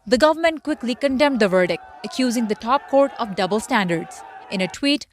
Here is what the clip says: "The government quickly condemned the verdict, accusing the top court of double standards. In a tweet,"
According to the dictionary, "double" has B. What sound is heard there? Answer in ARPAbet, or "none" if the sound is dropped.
B